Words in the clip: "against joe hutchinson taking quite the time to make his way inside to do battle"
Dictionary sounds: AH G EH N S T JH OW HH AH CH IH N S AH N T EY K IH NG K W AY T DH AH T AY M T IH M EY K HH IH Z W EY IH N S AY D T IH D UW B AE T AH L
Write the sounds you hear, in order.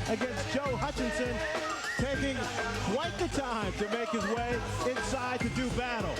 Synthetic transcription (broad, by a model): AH G EH N S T JH OW HH AH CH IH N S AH N T EY K IH NG K W AY T DH AH T AY M T IH M EY K HH IH Z W EY IH N S AY D T IH D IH B AE T L